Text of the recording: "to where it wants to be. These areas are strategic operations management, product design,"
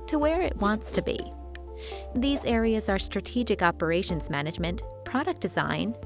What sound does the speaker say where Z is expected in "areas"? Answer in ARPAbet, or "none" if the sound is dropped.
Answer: Z